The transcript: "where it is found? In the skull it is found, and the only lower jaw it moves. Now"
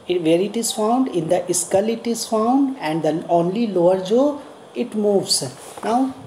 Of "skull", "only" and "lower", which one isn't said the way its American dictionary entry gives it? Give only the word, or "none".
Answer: none